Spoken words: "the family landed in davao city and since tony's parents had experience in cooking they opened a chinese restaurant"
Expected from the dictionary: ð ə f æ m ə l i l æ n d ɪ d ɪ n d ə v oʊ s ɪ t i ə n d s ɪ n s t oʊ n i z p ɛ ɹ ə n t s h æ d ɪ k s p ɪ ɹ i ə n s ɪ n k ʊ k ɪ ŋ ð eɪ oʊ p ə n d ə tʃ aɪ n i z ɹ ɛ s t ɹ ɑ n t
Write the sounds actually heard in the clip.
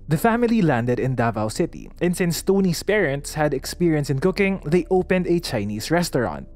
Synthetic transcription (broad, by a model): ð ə f æ m ə l i l æ n d ɪ d ɪ n d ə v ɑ s ɪ t i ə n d s ɪ n s t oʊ n i s p ɛ ɹ ə n t s h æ d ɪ k s p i ɹ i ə n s ɪ n k ʊ k ɪ ŋ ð eɪ oʊ p ə n d ə tʃ aɪ n i s ɹ ɛ s t ɹ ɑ n t